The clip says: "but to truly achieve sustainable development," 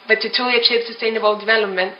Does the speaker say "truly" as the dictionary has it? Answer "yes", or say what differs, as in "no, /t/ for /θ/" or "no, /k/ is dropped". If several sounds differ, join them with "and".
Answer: no, /ɹ/ is dropped